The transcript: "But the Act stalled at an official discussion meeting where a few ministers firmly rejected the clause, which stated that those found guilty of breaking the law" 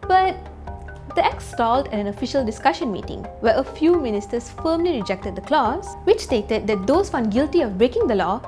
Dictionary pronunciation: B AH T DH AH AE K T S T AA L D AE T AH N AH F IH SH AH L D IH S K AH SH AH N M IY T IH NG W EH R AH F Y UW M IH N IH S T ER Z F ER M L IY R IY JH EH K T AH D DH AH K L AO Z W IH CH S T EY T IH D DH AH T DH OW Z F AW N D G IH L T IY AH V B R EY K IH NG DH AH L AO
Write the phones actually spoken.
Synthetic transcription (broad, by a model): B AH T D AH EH K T S T AA L D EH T AH N AH F IH SH AH L D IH S K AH SH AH N M IY T IH NG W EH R AH F Y UW M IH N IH S T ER S F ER M L IY R IY JH EH K T AH D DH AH K L AO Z W IH CH S T EY T IH D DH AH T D OW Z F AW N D G IH L T IY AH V B R EY K IH NG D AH L AO